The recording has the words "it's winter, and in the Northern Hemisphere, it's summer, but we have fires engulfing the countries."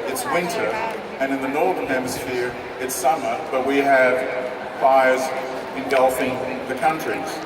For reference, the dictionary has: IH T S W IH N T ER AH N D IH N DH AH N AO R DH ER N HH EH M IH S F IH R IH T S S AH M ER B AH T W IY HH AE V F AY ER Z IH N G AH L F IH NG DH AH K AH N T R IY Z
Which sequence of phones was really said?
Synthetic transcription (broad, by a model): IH T S W IH N T ER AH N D IH N DH AH N AO R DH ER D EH M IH S F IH R IH T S S AH M ER B AH T W IY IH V F AY ER Z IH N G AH L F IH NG DH AH K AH N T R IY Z